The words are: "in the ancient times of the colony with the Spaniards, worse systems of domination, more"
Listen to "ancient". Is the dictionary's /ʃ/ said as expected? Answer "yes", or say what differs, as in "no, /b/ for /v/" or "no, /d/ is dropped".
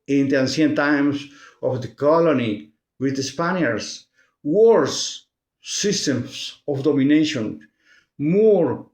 no, /s/ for /ʃ/